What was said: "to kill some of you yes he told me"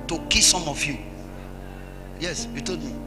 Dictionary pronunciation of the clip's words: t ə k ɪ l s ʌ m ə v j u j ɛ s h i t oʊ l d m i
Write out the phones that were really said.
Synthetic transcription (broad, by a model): t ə k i s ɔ m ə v j u j ɛ s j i t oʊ d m i